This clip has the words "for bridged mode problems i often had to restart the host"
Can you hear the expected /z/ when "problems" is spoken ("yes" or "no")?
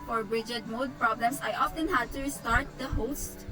no